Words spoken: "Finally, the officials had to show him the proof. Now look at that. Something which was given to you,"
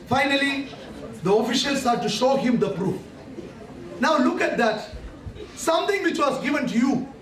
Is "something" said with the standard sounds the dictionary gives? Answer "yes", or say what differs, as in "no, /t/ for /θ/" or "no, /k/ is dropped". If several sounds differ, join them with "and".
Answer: no, /t/ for /θ/